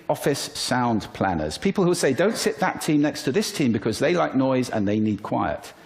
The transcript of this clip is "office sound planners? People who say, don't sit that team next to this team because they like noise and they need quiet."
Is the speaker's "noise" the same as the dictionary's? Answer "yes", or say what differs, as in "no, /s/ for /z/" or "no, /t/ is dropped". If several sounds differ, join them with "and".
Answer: yes